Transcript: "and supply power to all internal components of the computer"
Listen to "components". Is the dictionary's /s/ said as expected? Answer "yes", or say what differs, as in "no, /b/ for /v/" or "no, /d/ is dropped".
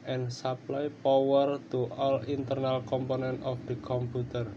no, /s/ is dropped